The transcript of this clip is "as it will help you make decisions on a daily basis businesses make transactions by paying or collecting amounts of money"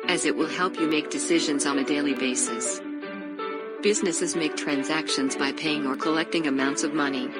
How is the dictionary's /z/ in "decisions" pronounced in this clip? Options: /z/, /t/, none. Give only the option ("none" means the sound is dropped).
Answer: /z/